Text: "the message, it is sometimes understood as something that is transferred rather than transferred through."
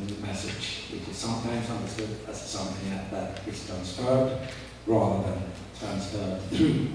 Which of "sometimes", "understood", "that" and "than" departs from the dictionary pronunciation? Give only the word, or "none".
none